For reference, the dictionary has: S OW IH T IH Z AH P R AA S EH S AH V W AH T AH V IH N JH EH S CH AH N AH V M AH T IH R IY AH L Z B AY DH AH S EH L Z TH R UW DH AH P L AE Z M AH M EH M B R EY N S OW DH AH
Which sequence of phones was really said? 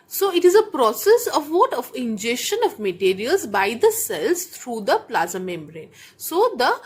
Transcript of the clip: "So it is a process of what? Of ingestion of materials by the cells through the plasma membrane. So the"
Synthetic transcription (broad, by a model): S OW IH T IH Z AH P R AA S EH S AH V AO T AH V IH N JH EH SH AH N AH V M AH T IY R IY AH L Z B AY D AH S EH L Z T R UW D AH P L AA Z AH M EH M B R EY N S OW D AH